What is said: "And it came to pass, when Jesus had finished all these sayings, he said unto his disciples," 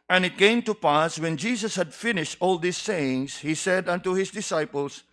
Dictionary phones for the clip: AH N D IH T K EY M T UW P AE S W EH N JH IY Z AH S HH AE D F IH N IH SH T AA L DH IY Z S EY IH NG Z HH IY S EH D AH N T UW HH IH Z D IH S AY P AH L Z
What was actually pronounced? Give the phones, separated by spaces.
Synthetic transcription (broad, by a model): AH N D IH T K EY M T UW P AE S W EH N JH IY S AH S HH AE D F IH N IH SH T AA L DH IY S EY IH NG S HH IY S EH D AH N T UW HH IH S D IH S AY P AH L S